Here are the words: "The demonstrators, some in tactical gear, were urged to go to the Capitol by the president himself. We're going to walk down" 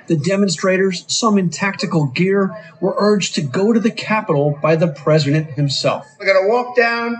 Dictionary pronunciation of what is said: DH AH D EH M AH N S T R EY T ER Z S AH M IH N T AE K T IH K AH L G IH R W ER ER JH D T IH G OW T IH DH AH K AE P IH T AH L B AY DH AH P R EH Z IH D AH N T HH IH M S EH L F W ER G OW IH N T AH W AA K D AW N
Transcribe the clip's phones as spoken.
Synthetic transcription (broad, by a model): DH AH D EH M AH N S T R EY T ER Z S AH M IH N T AE K T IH K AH L G IH R W ER ER JH T IH G OW T IH DH AH K AE P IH T L B AY DH AH P R EH Z IH D AH N T HH IH M S EH L F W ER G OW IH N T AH W AA K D AW N